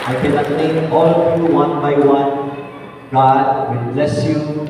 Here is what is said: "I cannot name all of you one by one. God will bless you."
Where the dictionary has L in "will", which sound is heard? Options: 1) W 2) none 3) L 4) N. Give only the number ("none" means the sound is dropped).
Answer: 4